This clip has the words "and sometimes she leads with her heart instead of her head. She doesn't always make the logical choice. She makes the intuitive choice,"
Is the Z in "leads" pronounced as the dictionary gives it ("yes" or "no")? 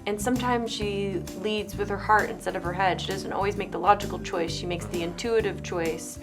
yes